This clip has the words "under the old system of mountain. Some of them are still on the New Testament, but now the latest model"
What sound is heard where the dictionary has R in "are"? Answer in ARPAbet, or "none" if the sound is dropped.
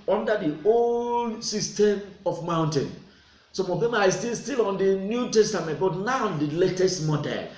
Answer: L